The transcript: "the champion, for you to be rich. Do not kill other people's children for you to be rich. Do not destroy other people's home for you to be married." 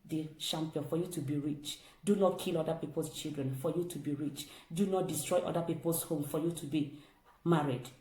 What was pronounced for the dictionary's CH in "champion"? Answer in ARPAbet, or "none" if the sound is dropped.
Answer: SH